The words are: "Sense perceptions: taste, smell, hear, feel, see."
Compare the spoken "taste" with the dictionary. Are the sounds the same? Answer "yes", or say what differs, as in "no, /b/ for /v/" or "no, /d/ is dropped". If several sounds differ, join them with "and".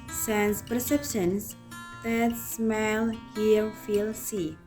no, /s/ is dropped